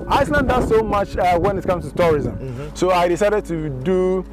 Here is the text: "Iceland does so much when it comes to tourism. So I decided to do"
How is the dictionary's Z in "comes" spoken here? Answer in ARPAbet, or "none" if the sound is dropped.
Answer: S